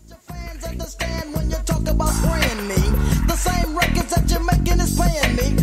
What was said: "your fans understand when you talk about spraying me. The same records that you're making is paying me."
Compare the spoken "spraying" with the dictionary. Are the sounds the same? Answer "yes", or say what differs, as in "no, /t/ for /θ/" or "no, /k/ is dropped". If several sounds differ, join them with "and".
no, /l/ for /ɹ/